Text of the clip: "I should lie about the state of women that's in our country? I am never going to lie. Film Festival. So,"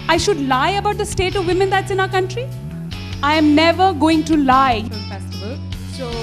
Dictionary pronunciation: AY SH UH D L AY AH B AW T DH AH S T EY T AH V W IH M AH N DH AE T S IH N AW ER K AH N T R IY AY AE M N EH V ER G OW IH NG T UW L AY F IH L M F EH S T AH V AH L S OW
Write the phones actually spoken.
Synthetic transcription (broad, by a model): AY SH UH D L AY AH B AW T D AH S T EY T AH V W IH M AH N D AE T S IH N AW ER K AH N T R IY AY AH M N EH V ER G OW IH NG T UW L L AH AH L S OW